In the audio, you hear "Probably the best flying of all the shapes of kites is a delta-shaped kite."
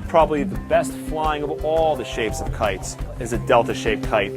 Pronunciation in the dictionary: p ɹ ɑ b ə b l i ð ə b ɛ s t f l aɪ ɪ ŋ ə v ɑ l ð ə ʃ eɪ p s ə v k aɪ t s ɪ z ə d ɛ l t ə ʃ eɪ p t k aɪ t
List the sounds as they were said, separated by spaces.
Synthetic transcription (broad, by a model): p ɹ ɑ b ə b l i ð ə b ɛ s t f l aɪ ɪ ŋ ə v ɑ l ð ə ʃ eɪ p s ə v k aɪ t s ɪ z ə d ɛ l t ə ʃ eɪ p k aɪ t